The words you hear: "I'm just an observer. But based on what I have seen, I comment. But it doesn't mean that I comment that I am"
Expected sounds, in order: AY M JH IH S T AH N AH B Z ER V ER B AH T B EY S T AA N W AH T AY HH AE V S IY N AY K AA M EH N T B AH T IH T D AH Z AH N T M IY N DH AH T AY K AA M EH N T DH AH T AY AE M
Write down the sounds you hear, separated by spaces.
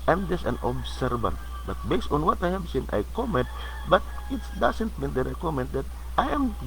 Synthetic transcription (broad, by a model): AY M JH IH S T AH N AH B S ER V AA B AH T B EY S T AA N W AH T AY HH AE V S IY N AY K AA M EH N T B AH T IH T D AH S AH N T M IY N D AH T AY K AA M EH N T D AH T AY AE M